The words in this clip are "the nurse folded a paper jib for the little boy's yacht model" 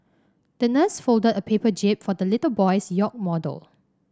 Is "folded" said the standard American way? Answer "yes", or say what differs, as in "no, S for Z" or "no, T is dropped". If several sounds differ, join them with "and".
yes